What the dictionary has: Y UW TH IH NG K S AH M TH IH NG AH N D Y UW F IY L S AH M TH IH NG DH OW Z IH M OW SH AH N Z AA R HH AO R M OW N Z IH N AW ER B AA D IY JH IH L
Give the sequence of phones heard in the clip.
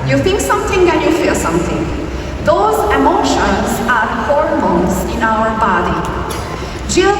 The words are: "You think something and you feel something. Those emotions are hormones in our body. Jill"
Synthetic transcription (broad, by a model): Y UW T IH NG K S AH M T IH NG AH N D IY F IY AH S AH M T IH NG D OW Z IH M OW SH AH N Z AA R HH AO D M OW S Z IH N AW ER B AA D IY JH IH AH